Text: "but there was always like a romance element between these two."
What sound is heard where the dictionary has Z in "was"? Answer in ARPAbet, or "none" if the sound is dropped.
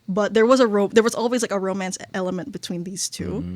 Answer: Z